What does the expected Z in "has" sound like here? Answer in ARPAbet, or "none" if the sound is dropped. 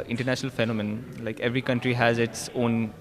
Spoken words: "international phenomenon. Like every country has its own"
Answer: Z